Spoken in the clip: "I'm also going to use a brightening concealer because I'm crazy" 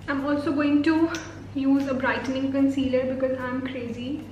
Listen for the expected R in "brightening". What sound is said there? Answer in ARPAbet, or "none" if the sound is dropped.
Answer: R